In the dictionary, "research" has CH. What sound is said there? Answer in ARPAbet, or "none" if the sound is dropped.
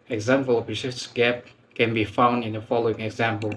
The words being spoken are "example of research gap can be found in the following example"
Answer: S